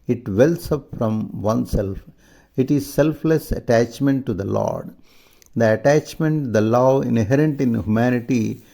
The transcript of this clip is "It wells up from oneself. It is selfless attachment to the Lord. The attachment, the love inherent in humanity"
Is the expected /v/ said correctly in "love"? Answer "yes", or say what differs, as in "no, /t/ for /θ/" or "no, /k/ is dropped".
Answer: no, /v/ is dropped